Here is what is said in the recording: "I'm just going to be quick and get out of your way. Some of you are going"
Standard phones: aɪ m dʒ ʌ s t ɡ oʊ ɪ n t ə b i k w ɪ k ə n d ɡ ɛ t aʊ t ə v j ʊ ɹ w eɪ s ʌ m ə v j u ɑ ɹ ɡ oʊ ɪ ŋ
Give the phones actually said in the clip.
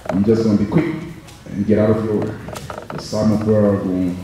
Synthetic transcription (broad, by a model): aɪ m dʒ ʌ s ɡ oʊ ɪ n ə b i k w ɪ k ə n ɡ ɛ t aʊ t ə v j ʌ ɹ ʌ s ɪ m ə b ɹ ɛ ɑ l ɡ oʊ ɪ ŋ